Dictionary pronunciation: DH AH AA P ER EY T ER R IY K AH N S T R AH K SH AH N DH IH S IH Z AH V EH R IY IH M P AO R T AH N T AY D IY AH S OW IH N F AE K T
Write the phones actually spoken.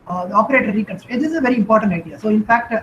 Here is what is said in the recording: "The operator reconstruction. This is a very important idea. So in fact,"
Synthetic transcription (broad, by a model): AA P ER EY T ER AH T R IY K AH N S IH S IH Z AH V EH R IY IH M P AO R T AH N T AY D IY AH S OW IH N F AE K T